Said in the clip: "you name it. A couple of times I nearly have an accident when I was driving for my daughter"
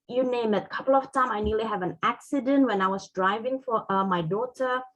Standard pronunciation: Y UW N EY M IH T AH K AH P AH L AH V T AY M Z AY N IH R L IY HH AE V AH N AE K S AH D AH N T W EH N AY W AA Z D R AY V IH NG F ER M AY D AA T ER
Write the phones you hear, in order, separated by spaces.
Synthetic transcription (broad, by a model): Y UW N EY M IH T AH K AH P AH L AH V T AY M AY N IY L IY HH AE V AH N AE K S AH D AH N T W EH N AY W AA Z D R AY V IH NG F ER M AY D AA T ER